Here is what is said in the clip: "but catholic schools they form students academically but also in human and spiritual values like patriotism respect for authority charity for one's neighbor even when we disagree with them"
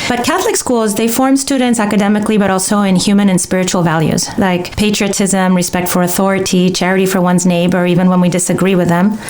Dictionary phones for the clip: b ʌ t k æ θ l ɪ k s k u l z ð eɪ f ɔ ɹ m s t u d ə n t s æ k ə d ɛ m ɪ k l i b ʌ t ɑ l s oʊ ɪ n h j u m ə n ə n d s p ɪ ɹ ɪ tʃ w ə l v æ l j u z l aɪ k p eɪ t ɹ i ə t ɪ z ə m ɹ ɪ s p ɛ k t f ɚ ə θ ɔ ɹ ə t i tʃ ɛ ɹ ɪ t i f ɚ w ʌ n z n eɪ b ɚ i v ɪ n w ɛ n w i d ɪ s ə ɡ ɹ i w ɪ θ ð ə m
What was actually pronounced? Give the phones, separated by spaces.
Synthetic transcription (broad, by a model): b ʌ t k æ θ l ɪ k s k u l z ð eɪ f ɔ ɹ m s t u d n t s æ k ə d ɛ m ɪ k l i b ʌ t ɑ l s oʊ ɪ n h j u m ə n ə n s p ɪ ɹ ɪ tʃ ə l v æ l j u z l aɪ k p eɪ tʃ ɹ i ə t ɪ z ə m ɹ ɪ s p ɛ k t f ɚ ə θ ɔ ɹ ə t i tʃ ɛ ɹ ɪ t i f ɚ w ʌ n z n eɪ b ɚ i v ɪ n w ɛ n w i d ɪ s ə ɡ ɹ i w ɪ ð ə m